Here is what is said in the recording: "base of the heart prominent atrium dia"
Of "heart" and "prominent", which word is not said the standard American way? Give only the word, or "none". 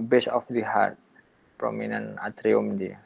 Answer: prominent